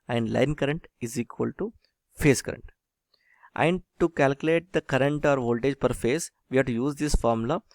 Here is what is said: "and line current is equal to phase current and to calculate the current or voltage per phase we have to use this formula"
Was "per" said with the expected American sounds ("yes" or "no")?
yes